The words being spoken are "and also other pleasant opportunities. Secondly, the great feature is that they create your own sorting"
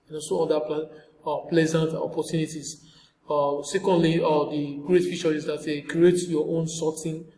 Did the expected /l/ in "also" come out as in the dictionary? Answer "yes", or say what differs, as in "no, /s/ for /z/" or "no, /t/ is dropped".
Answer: no, /l/ is dropped